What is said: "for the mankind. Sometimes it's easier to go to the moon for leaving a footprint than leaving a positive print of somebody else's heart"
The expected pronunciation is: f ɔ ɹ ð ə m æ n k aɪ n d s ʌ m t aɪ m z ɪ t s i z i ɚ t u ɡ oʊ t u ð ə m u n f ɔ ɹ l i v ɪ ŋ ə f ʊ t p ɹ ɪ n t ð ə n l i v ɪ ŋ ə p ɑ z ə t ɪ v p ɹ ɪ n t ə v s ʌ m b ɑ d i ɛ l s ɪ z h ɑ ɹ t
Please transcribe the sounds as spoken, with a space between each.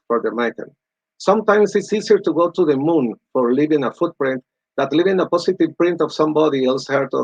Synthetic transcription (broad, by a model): f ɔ ɹ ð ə m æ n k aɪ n s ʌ m t aɪ m s ɪ t s i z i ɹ t u ɡ oʊ t u ð ə m u n f ɔ ɹ l i v ɪ ŋ ə f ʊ t p ɹ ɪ n t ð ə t l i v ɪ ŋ ə p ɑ s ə t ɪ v p ɹ ɪ n t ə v s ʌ m b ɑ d i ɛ l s h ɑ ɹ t